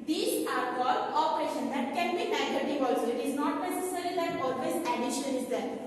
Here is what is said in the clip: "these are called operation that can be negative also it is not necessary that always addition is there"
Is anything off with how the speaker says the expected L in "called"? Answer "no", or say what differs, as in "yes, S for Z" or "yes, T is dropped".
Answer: yes, L is dropped